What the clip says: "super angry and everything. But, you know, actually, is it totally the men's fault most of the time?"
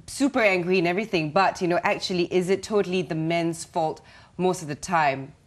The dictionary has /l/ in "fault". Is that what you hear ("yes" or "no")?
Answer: yes